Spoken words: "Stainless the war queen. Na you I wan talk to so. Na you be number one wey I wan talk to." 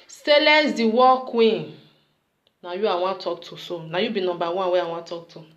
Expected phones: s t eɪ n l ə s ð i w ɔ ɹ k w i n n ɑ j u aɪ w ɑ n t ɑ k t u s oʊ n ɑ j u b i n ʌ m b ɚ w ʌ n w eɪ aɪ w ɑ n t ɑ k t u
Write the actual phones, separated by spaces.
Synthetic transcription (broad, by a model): s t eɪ l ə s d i w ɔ k w i n n ɑ j u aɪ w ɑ t ɑ k t u s oʊ n ɑ j u b i n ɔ b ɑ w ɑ w eɪ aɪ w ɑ t ɑ k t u